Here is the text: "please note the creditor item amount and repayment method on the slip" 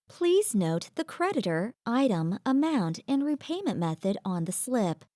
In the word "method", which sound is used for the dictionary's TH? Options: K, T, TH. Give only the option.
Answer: TH